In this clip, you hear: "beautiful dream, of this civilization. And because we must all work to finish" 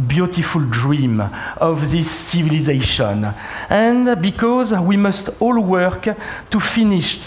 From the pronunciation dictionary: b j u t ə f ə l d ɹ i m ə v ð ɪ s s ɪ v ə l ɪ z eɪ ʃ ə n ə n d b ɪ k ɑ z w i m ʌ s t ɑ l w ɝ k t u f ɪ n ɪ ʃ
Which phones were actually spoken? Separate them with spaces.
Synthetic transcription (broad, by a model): b j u t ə f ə l d ɹ i m ə v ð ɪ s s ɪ v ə l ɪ z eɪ ʃ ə n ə n b ɪ k ɑ z w i m ʌ s t ɑ l w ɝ k t u f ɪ n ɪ ʃ